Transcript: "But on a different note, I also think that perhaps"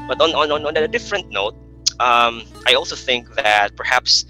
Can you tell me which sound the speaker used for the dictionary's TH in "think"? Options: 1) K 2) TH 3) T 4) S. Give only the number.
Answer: 2